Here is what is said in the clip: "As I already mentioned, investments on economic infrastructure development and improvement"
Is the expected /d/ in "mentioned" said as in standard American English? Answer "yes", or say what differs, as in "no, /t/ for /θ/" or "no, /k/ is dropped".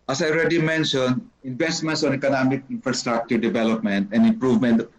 no, /d/ is dropped